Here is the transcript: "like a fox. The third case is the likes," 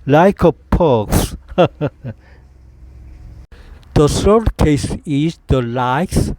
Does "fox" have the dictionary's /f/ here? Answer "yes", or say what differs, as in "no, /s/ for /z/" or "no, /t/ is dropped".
no, /p/ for /f/